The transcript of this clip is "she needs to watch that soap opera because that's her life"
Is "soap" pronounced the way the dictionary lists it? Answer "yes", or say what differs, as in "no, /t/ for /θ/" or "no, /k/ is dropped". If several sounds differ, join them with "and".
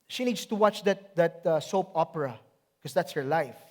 yes